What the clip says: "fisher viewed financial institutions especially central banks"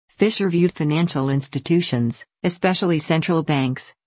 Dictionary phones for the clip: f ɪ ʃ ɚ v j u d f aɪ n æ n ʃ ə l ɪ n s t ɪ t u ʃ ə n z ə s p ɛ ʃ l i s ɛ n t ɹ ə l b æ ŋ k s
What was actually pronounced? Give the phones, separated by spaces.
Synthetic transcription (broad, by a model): f ɪ ʃ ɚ v j u d f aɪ n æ n ʃ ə l ɪ n s t ɪ t u ʃ ə n z ə s p ɛ ʃ l i s ɛ n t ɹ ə l b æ ŋ k s